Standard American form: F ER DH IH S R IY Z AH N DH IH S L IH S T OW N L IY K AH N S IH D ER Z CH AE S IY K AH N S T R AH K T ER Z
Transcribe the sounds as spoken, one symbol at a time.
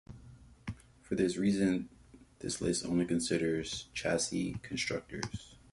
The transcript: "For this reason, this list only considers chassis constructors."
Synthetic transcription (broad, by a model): F ER DH IH S R IY Z AH N DH IH S L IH S OW N L IY K AH N S IH D ER Z CH AE S IY K AH N S T R AH K T ER Z